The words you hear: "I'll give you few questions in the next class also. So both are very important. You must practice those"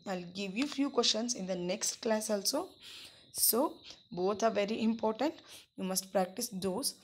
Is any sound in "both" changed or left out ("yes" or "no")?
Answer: yes